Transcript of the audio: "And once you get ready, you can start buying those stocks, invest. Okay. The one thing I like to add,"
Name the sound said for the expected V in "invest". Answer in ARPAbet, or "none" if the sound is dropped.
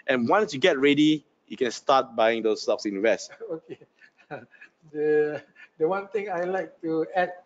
W